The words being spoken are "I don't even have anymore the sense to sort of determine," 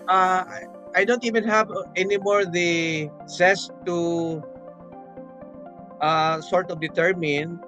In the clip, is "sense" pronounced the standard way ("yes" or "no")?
no